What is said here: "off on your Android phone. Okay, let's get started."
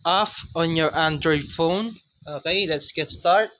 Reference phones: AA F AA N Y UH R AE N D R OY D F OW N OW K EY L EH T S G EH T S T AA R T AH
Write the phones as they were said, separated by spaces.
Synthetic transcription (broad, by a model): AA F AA N Y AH R AE N D R OY D F OW N OW K EY L EH T S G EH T S T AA R T